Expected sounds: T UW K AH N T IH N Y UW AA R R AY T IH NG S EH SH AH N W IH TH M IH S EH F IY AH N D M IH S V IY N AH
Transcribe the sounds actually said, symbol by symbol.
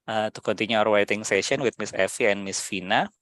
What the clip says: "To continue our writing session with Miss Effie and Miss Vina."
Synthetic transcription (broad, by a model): T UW K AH N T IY N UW AA R W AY T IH NG S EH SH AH N W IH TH M IH S EH F IY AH N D M IH S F IY N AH